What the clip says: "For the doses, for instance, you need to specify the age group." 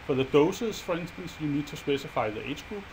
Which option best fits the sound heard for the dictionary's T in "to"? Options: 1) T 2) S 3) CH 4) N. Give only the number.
2